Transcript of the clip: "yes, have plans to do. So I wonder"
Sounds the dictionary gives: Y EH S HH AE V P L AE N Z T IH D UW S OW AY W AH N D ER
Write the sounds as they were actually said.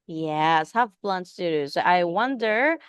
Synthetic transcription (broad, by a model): Y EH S HH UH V B L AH N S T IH D UW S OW AY W AH N D ER